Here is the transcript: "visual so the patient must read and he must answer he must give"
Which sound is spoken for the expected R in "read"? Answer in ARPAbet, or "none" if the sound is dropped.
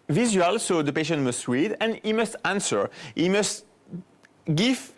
W